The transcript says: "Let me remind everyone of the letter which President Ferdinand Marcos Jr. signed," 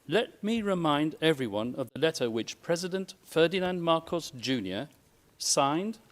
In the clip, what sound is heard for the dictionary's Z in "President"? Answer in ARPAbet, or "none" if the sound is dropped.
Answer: Z